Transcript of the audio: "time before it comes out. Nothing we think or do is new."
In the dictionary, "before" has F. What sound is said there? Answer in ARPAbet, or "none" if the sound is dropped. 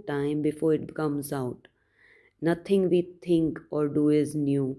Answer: F